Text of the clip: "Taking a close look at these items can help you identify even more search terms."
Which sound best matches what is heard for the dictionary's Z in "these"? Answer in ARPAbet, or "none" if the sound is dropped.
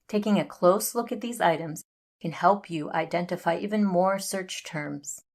Z